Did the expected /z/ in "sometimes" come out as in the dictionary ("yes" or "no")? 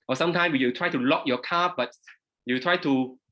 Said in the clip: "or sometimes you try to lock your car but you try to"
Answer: no